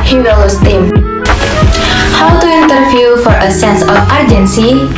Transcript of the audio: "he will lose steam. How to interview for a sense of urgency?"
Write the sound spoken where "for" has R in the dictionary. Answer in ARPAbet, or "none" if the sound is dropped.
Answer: R